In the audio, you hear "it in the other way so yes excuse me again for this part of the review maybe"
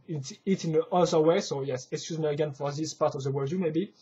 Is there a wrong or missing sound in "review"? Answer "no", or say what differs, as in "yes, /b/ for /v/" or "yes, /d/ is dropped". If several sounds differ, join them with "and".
yes, /w/ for /ɹ/